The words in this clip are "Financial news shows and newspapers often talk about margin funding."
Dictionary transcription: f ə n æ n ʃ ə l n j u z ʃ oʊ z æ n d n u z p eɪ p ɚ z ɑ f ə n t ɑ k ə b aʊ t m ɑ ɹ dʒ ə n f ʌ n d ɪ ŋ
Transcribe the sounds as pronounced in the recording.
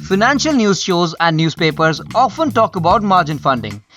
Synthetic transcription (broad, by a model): f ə n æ n ʃ ə l n j u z ʃ oʊ z æ n d n u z p eɪ p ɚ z ɑ f ə n t ɑ k ə b aʊ t m ɑ ɹ dʒ ə n f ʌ n d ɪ ŋ